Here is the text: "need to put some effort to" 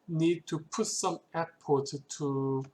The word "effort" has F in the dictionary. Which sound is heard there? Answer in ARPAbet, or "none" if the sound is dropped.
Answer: P